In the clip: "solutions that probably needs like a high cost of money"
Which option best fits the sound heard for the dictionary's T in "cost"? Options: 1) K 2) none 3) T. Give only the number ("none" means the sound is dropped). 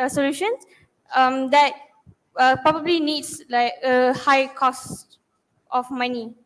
3